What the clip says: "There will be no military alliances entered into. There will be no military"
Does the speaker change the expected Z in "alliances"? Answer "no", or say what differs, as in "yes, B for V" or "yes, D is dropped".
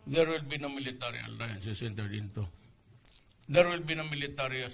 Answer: yes, S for Z